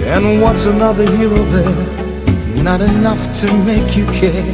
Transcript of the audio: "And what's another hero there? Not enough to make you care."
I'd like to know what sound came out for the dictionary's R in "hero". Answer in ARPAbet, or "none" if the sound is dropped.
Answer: L